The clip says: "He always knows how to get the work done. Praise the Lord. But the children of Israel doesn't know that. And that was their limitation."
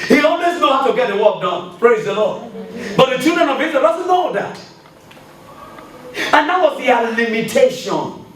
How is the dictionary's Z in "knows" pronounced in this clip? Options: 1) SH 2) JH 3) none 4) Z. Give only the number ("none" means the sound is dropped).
3